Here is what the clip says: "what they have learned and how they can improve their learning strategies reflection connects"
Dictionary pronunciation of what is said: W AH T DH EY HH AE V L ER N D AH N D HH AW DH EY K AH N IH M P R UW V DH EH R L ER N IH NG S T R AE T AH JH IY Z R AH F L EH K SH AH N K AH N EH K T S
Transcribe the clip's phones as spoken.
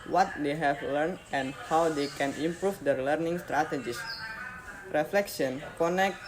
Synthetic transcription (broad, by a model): W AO T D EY HH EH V L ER N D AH N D HH AW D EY K AH N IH M P R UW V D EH R L ER N IH NG S T R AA T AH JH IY S R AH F L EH K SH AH N K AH N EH K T